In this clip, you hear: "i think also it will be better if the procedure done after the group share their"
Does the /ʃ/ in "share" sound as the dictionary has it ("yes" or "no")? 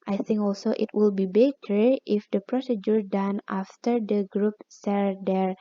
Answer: no